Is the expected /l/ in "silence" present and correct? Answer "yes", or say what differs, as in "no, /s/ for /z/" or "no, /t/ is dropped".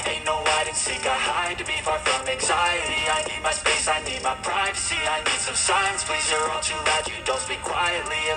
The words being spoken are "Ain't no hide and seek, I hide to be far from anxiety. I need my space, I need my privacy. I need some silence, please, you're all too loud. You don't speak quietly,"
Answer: no, /l/ is dropped